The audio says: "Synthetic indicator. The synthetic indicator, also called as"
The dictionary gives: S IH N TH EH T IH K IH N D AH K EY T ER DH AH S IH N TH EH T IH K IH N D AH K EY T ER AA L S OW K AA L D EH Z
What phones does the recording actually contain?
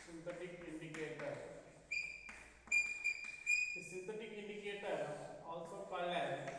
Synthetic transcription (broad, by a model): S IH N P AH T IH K IH N D AH K EY T ER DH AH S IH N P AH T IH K IH N D AH K EY T ER AA L S OW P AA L EH